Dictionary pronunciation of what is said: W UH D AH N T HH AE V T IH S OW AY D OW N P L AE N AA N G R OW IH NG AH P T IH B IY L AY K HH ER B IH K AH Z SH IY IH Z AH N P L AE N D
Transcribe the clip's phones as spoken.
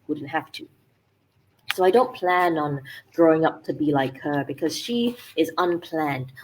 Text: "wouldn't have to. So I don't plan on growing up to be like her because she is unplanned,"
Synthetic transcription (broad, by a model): W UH D N T HH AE F T IH S OW AY D OW N P L AE N N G R OW IH NG AH P T IH B IY L AY K HH ER B IH K AH Z SH IY IH Z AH N P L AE N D